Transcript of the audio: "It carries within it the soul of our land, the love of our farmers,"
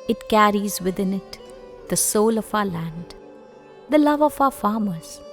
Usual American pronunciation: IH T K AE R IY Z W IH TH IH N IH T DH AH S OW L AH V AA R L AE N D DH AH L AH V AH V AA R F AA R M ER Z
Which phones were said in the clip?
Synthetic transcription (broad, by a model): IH T K AE R IY Z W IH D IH N IH T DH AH S OW L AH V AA L AE N D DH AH L AH V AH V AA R F AA M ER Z